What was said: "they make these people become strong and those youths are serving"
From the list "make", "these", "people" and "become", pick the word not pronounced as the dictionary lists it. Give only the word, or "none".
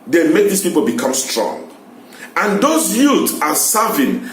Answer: these